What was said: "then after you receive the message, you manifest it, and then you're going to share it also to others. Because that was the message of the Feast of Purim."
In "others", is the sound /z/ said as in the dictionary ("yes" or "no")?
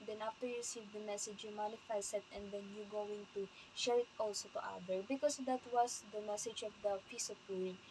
no